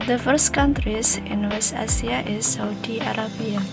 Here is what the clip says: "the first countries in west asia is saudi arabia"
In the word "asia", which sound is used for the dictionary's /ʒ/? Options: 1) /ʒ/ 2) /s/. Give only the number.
2